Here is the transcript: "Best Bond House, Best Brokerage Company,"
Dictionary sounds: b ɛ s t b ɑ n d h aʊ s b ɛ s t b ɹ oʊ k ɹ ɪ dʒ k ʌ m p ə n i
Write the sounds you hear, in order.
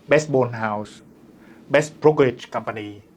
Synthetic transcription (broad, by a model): b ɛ s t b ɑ n h aʊ s b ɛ s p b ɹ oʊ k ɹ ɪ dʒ k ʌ m p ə n i